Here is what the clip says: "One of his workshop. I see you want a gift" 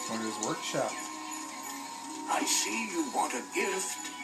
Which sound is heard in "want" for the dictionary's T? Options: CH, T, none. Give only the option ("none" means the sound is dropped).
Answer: T